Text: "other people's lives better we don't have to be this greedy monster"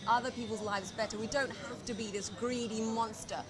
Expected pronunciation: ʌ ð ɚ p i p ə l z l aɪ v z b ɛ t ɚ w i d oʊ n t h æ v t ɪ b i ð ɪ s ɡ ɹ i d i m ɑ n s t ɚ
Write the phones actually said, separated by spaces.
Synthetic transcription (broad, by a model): ʌ ð ɚ p i p l z l aɪ v z b ɛ t ɚ w i d oʊ n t h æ f t ɪ b i ð ɪ s ɡ ɹ i d i m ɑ n s t ɚ